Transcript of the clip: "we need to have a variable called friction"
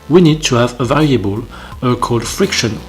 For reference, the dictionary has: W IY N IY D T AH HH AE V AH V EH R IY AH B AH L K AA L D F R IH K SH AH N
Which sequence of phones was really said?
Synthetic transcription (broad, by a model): W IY N IY D T AH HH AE V AH V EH L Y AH B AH L K AA L D F R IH K SH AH N